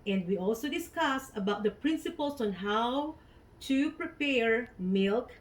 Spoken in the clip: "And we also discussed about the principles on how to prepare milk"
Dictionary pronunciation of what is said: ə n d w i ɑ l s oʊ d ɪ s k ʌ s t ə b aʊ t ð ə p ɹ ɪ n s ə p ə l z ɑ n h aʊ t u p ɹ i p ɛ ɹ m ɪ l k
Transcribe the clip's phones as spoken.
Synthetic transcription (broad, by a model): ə n d w i ɑ l s oʊ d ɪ s k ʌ s ə b aʊ t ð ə p ɹ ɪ n s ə p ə l s ɑ n h aʊ t u p ɹ i p ɛ ɹ m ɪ l k